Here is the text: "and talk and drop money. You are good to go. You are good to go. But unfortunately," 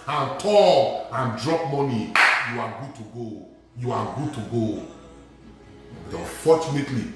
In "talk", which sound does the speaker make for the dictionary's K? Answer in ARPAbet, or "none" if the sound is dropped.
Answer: none